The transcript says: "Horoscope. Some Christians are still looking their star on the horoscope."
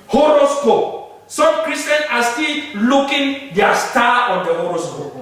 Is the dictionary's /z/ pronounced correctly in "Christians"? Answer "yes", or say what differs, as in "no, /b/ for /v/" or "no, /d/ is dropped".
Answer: no, /s/ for /z/